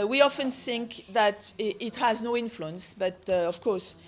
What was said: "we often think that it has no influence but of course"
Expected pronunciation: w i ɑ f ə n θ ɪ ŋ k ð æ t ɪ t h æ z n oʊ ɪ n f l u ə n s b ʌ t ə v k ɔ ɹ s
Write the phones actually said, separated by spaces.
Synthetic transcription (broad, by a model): w i ɑ f ə n θ ɪ ŋ k ð æ t ɪ t h æ z n oʊ ɪ n f l u ə n s b ʌ t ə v k ɔ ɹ s